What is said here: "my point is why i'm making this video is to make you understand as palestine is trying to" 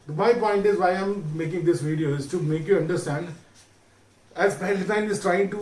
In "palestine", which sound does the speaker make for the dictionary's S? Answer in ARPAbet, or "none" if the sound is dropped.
none